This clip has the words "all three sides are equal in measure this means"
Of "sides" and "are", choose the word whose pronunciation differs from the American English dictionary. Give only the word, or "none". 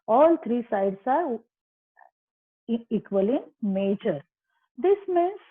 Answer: sides